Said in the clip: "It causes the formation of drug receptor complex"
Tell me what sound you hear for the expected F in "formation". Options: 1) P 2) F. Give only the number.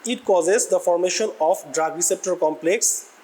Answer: 2